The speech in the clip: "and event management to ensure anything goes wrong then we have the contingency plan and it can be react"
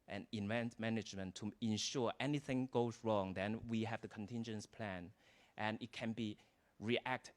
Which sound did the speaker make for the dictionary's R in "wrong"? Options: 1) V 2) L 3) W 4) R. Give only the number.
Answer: 4